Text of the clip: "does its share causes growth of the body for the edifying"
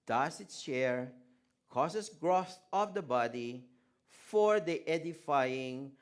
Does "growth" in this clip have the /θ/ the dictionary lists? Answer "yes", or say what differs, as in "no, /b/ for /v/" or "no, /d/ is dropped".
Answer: no, /s/ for /θ/